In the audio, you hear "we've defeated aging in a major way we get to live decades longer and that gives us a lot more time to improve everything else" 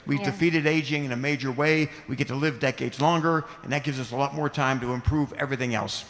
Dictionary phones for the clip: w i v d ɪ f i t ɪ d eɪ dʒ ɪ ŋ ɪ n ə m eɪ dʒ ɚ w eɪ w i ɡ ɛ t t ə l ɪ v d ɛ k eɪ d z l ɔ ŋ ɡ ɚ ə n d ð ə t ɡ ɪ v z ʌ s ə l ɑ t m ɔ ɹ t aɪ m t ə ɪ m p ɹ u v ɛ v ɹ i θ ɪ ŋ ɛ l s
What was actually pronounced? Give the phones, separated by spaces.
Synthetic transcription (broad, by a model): w i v d ɪ f i t ɪ d eɪ dʒ ɪ ŋ ɪ n ə m eɪ dʒ ɚ w eɪ w i ɡ ɛ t t ə l ɪ v d ɛ k eɪ d z l ɔ ŋ ɡ ɚ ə n ð ə t ɡ ɪ v z ʌ s ə l ɑ t m ɔ ɹ t aɪ m t ə ɪ m p ɹ u v ɛ v ɹ i θ ɪ ŋ ɛ l s